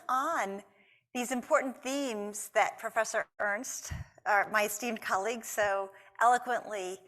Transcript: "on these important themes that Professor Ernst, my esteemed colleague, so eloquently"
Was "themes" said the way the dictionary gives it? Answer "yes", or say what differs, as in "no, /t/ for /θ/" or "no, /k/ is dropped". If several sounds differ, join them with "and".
yes